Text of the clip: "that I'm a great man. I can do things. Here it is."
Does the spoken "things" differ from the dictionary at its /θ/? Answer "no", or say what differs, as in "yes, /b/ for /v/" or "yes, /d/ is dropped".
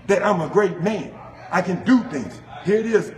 no